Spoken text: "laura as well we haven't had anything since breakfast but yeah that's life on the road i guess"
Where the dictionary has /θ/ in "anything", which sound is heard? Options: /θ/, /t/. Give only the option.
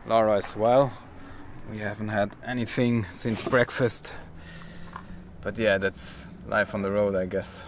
/θ/